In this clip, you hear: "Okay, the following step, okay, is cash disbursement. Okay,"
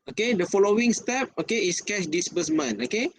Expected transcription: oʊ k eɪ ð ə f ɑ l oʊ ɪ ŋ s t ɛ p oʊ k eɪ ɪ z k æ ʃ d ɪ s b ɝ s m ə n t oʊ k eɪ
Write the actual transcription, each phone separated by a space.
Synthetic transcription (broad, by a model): oʊ k eɪ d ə f ɑ l oʊ ɪ ŋ s t ɛ p oʊ k eɪ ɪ s k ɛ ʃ d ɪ s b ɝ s m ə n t oʊ k eɪ